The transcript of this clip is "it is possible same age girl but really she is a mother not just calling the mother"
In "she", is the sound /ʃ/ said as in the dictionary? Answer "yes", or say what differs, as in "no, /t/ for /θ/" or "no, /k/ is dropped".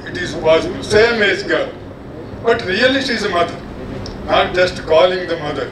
no, /s/ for /ʃ/